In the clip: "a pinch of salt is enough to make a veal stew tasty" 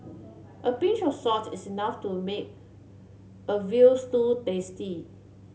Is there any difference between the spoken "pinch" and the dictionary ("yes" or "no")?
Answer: yes